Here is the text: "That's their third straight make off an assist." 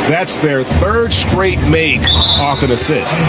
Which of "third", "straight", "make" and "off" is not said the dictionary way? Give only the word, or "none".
none